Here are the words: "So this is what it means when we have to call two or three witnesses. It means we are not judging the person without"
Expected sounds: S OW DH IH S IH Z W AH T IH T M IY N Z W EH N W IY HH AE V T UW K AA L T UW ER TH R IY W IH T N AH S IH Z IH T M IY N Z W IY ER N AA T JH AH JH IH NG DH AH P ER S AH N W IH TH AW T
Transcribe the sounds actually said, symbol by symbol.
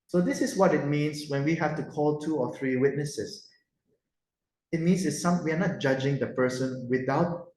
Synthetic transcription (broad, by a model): S OW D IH S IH S W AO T IH T M IY N S W EH N W IY HH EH F T UW K AA L T UW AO TH R IY W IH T N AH S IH S IH T M IY N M W IY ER N AA T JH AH JH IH NG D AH P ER S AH N W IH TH AW T